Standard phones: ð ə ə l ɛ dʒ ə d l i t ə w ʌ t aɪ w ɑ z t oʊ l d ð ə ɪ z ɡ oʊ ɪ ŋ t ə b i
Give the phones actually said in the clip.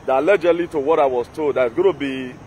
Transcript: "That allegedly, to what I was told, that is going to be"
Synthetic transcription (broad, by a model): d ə l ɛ dʒ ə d l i t ə w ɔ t aɪ w ɑ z t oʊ d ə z ɡ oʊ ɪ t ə b i